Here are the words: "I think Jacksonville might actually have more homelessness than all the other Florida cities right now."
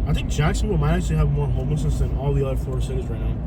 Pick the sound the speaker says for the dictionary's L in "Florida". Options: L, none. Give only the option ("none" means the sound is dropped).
none